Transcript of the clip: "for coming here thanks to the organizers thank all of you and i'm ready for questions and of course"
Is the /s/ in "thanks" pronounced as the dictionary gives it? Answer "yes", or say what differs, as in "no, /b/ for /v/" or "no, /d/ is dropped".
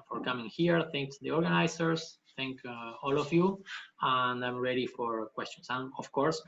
no, /s/ is dropped